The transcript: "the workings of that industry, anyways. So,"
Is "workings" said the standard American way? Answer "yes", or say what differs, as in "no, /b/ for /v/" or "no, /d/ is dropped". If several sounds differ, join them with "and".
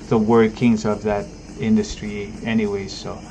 yes